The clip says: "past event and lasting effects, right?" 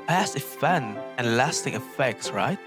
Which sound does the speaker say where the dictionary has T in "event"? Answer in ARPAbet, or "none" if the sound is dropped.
none